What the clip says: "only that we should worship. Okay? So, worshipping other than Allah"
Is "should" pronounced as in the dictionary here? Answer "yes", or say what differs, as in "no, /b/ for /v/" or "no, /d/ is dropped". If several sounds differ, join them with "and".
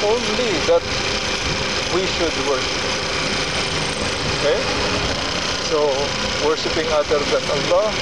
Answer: yes